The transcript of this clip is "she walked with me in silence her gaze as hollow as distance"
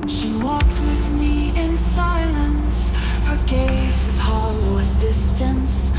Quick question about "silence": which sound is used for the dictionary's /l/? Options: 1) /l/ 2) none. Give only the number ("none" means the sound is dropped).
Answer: 1